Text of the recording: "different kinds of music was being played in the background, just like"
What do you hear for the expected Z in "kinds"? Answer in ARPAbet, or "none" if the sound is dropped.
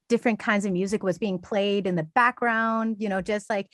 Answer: Z